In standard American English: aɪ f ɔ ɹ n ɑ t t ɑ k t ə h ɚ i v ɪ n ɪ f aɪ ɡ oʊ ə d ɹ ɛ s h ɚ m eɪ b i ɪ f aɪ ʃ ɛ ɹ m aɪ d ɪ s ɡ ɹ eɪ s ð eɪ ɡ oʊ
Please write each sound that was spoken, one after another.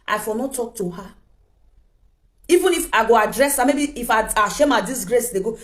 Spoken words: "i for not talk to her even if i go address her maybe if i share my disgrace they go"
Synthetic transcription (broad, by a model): aɪ f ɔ l n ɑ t t ɑ k t ə h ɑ i v ɪ n ɪ f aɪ ɡ oʊ ə d ɹ ɛ s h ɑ m eɪ b i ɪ f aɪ ʃ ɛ m aɪ d ɪ s ɡ ɹ eɪ s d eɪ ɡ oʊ